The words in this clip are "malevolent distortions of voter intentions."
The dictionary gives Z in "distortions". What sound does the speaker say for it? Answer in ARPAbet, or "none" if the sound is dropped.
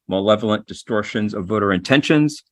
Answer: Z